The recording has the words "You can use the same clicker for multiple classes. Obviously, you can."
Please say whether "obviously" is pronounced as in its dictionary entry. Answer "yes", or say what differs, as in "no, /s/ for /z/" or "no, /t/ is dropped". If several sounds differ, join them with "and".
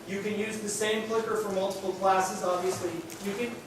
yes